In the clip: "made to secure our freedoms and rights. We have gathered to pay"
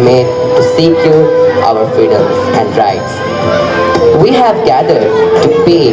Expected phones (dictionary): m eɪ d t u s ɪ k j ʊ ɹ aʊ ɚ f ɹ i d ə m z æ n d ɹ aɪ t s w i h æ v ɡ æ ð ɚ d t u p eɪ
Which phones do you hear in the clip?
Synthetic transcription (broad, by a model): m eɪ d t u s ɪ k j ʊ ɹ aʊ ɚ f i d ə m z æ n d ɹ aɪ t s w i h æ v ɡ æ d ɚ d t u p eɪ